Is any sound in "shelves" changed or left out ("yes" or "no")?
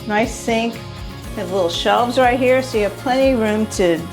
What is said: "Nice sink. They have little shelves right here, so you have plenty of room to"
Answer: no